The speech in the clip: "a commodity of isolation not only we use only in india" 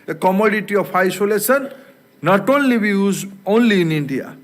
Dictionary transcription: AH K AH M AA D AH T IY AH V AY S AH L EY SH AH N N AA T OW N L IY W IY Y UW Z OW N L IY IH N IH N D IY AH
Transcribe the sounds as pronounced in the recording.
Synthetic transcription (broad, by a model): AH K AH M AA D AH T IY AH P AY S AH L EY S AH N N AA T OW N L IY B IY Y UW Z OW N L IY N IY N D IY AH